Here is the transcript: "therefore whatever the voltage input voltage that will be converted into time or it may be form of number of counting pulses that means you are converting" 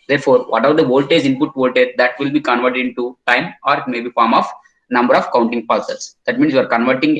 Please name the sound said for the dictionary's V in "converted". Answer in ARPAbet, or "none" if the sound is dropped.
V